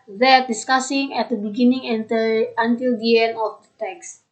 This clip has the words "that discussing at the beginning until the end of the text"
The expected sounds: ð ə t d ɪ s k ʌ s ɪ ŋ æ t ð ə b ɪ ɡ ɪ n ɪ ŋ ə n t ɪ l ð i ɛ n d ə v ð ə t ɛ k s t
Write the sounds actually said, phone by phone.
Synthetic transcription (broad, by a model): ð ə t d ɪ s k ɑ s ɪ ŋ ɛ t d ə b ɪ ɡ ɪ n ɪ ŋ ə n t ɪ l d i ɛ n ə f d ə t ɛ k s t